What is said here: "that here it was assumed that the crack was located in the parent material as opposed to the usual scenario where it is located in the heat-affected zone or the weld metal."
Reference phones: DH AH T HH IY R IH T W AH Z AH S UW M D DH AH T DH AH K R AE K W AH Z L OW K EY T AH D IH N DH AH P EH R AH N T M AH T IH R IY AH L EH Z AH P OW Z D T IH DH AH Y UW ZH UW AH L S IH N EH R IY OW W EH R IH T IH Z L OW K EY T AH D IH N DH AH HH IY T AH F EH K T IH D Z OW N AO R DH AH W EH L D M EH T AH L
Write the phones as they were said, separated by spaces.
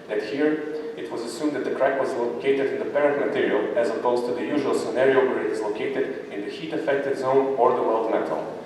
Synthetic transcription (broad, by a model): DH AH T HH IY R IH T W AH Z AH S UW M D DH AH T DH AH K R AE K W AH Z L OW K EY T AH D IH N DH AH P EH R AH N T M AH T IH R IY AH L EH Z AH P OW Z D T IH DH AH Y UW ZH UW AH L S IH N EH R IY OW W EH R IH T IH Z L OW K EY T AH D IH N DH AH HH IY T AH F EH K T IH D Z OW N AO R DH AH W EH L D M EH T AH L